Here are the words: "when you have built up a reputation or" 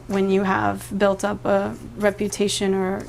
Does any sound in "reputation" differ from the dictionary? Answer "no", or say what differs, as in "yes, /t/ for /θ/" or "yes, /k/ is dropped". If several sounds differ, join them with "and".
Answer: no